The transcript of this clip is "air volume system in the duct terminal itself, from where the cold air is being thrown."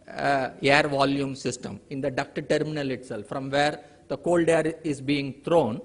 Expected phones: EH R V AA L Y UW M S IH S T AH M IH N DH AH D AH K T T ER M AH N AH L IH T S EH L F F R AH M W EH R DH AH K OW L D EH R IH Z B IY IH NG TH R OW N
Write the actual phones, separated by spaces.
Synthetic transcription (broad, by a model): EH R V AA L Y UW M S IH S T AH M IH N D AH D AH K T T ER M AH N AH L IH T S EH L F F R AH M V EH R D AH K OW L D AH R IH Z B IY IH NG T R OW N